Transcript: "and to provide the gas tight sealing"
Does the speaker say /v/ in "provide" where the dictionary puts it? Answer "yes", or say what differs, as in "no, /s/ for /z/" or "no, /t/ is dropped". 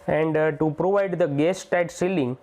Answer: yes